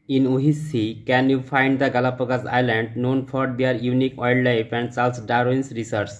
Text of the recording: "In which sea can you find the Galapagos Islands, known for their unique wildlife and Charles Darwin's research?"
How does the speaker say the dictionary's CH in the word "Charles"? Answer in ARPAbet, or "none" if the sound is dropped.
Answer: S